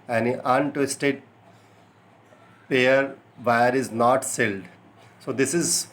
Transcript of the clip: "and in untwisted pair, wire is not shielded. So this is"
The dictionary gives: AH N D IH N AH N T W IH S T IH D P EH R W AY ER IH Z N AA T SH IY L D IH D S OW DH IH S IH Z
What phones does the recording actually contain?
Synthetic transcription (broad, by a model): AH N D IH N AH N T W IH S T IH D P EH R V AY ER IH Z N AA T S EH L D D S OW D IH S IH Z